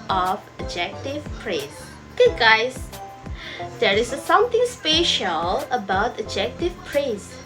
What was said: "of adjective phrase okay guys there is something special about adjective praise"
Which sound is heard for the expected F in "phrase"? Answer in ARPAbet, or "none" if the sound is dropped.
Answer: P